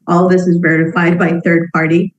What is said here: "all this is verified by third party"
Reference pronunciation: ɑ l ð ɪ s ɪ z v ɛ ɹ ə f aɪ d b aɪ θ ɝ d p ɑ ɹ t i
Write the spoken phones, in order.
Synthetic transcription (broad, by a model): ɑ l ð ɪ s ɪ z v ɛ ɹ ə f aɪ d b aɪ θ ɝ d p ɑ ɹ t i